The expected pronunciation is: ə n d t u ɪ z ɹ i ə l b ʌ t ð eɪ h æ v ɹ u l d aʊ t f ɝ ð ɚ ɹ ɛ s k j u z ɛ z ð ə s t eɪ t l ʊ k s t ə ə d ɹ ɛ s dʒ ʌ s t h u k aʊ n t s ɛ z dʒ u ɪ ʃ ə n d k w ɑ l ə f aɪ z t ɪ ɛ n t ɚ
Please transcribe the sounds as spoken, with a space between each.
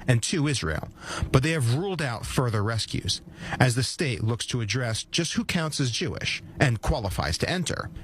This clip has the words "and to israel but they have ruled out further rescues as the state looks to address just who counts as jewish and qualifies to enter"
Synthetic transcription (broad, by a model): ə n t u ɪ z ɹ i ə l b ʌ t ð eɪ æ v ɹ u l d aʊ t f ɝ ð ɚ ɹ ɛ s k j u z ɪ z ð ə s t eɪ t l ʊ k s t ə ə d ɹ ɛ s dʒ ʌ s t h u k aʊ n t s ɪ z dʒ u ɪ ʃ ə n k w ɑ l ə f aɪ z t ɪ ɛ n t ɚ